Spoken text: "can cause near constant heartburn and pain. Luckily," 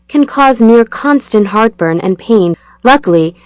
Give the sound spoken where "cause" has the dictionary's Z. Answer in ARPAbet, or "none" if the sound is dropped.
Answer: Z